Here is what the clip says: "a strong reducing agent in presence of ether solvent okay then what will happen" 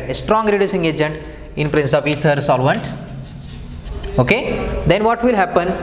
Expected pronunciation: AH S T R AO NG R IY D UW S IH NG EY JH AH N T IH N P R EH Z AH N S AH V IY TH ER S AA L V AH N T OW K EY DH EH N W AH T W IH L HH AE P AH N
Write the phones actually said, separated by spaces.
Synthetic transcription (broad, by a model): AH S T R AO NG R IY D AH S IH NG EY JH AH N T IH N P R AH N S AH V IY T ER S AA L V AH N T OW K EY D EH N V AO T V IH L HH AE P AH N